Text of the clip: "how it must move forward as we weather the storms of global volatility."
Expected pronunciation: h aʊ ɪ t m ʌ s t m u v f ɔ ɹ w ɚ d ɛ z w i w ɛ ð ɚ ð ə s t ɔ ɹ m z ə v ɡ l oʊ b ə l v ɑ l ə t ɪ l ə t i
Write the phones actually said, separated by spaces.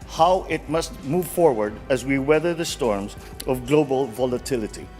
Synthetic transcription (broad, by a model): h aʊ ɪ t m ʌ s t m u v f ɔ ɹ w ɚ d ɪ z w i w ɛ ð ɚ ð ə s t ɔ ɹ m z ə v ɡ l oʊ b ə l v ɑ l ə t ɪ l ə t i